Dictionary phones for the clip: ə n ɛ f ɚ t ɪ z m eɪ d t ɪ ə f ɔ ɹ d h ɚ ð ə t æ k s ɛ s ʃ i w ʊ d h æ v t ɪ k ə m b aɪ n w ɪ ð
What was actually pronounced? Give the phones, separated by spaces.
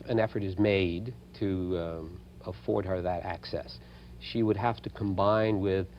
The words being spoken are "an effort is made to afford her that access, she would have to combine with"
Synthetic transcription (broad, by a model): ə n ɛ f ɚ t ɪ z m eɪ d t ɪ ə f ɔ ɹ d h ɚ ð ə t æ k s ɛ s ʃ i w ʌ d h æ f t ɪ k ə m b aɪ n w ɪ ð